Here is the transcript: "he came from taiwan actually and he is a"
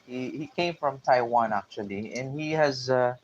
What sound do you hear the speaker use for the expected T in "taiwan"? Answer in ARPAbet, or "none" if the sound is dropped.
T